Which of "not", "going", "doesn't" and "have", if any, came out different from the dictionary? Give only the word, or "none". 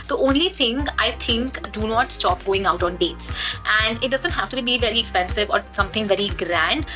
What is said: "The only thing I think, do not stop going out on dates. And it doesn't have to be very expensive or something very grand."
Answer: have